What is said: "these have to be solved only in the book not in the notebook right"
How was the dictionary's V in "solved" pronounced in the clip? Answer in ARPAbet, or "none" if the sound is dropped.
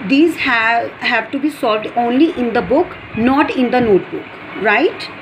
V